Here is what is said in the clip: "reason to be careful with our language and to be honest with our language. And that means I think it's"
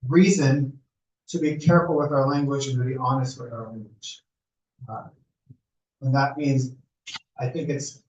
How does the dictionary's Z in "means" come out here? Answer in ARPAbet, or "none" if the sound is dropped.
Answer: Z